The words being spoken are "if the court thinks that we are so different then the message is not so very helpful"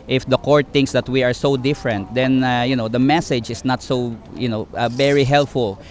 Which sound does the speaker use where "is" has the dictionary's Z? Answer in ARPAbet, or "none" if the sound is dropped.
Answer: S